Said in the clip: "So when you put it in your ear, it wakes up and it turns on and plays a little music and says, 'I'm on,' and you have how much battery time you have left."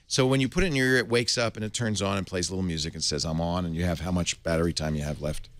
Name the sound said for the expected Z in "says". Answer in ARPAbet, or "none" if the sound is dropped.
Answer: Z